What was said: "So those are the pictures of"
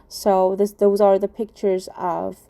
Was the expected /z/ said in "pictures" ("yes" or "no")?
yes